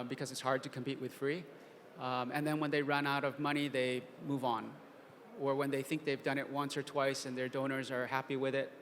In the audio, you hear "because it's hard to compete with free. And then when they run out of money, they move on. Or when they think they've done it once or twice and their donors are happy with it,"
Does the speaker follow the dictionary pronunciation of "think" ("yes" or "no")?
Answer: yes